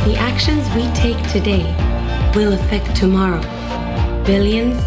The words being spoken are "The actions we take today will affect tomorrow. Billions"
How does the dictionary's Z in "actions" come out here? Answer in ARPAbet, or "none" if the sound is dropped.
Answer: Z